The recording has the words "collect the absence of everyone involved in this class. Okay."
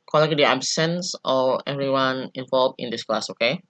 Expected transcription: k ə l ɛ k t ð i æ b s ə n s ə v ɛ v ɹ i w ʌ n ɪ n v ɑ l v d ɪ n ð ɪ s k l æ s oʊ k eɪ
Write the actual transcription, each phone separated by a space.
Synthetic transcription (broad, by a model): k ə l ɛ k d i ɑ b s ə n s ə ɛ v ɹ i w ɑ n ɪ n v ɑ l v ɪ n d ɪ s k l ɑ s oʊ k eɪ